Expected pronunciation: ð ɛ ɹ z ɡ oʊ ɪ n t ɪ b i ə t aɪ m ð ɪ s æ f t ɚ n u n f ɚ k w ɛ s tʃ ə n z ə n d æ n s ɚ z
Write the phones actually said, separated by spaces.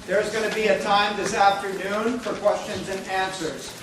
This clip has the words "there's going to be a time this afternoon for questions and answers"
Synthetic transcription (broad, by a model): ð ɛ ɹ z ɡ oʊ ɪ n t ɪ b i ə t aɪ m ð ɪ s æ f t ɚ n u n f ɚ k w ɛ s tʃ ə n z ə n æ n s ɚ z